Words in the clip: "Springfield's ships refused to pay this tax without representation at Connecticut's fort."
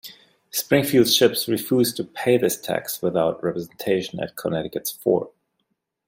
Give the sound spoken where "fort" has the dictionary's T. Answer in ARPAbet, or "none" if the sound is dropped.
none